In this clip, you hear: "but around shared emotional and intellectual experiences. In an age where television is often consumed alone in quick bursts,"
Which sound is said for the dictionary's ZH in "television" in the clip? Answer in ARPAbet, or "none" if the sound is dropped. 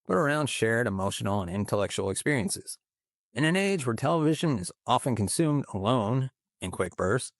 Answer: ZH